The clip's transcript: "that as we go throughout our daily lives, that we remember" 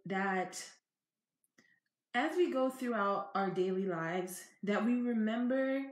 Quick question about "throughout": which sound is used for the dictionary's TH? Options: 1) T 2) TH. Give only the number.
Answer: 2